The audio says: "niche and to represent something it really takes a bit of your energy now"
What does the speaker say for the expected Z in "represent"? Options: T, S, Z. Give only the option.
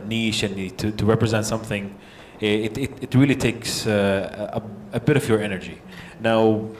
Z